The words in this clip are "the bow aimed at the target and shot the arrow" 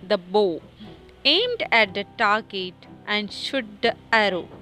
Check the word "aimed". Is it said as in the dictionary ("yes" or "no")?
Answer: yes